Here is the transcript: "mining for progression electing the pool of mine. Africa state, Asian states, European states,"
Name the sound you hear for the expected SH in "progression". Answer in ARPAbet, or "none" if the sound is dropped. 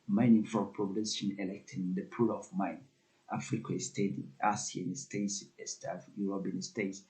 S